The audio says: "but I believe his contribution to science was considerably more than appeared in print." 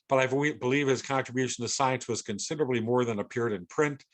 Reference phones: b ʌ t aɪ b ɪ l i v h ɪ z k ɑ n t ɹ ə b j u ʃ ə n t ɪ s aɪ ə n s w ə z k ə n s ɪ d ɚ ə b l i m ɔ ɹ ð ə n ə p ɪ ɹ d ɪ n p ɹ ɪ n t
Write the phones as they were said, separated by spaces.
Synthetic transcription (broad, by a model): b ʌ t aɪ b ɪ l i v h ɪ z k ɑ n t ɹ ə b j u ʃ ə n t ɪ s aɪ ə n s w ə z k ə n s ɪ d ɚ ə b l i m ɔ ɹ ð ə n ə p ɪ ɹ d ɪ n p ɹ ɪ n t